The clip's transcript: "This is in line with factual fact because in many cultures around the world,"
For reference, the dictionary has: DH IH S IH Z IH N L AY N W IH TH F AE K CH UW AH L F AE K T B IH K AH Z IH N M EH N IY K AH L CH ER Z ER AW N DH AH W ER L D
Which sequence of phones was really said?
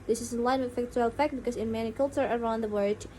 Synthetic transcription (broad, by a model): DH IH S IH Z IH N L AY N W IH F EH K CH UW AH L F AE K T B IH K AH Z IH N M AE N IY K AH L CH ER ER AW N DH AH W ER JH